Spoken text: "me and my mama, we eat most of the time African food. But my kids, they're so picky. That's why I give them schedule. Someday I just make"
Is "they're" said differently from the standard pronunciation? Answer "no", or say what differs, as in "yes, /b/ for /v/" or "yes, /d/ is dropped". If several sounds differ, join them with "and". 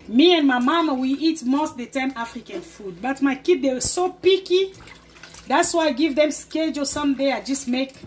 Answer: yes, /w/ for /ɹ/